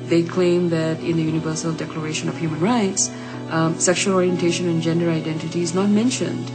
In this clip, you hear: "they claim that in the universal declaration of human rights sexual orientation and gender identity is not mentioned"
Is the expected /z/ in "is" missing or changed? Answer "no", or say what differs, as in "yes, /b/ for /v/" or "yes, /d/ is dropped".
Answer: no